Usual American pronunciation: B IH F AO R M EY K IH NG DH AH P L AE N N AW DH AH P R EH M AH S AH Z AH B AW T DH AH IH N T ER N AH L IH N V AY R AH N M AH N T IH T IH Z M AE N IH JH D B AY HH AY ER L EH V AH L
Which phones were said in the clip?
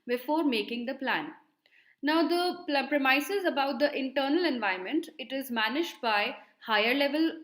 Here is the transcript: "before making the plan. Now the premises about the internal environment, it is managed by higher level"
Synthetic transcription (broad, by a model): B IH F AO R M EY K IH NG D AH P L AE N N AW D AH P R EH M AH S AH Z AH B AW T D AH IH N T ER N AH L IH N V AY AH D M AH N T IH T IH Z M AE N IH JH D B AY HH AY ER L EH V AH L